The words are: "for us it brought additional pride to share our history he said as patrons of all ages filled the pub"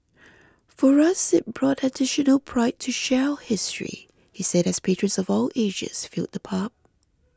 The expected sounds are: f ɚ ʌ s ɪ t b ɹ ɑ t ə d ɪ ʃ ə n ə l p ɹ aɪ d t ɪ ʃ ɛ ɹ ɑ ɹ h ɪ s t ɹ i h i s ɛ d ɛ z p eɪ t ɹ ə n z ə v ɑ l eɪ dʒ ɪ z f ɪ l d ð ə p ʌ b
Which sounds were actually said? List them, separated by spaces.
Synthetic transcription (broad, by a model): f ɚ ʌ s ɪ t b ɹ ɑ t ə d ɪ ʃ ə n ə l p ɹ aɪ t ɪ ʃ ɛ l h ɪ s t ɹ i h i s ɛ d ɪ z p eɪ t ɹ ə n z ə v ɑ l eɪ ʒ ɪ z f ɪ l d ð ə p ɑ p